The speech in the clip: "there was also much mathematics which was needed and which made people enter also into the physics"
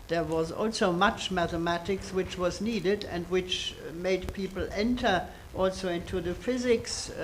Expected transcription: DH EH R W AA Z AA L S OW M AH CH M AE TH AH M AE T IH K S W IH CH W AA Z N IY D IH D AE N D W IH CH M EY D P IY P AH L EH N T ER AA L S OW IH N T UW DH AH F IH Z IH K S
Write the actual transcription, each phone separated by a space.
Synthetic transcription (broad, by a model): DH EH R W AA Z AA L S OW M AH CH M AE TH AH M AE T IH K S W IH CH W AA Z N IY D IH D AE N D W IH CH M EY D P IY P L EH N T ER AA L S OW IH N T UW DH AH F IH Z IH K S